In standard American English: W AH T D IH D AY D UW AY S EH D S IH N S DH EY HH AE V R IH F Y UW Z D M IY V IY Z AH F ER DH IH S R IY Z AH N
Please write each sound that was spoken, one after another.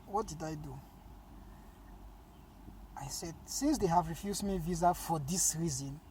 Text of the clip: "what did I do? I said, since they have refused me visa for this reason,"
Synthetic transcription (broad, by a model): W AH T D IH D AY D UW AY S EH D S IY N S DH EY HH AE V R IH F Y UW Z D M IY V IY Z AH F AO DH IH S R IY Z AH N